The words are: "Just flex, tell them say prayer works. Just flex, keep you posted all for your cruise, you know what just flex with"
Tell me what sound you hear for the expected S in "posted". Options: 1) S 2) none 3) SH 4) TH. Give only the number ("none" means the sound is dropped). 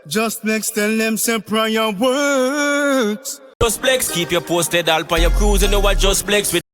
1